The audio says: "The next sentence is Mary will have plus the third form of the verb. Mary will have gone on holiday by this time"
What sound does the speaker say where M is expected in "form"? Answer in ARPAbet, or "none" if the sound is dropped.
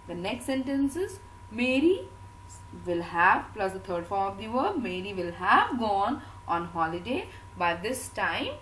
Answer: none